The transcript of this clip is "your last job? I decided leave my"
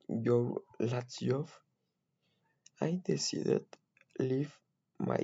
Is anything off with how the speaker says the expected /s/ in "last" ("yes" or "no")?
yes